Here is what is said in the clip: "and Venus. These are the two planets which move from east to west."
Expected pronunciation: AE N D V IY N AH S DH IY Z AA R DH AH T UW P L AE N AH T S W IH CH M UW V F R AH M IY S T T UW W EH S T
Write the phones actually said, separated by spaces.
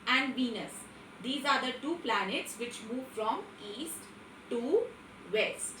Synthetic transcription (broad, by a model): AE N D V IY N AH S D IY Z AA R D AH T UW P L AE N AH T S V IH CH M UW V F R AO M IY S T T UW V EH S T